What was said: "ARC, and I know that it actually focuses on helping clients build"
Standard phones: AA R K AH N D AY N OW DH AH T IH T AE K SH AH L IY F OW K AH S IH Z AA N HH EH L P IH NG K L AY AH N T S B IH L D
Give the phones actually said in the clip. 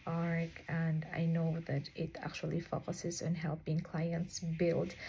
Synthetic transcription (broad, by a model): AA R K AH N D AY N OW DH AH T IH T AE K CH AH L IY F OW K AH S IH Z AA N HH EH L P IH NG K L AY AH N T S B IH L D